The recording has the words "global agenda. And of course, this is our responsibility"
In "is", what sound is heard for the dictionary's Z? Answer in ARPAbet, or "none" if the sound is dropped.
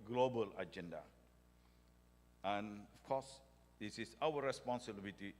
S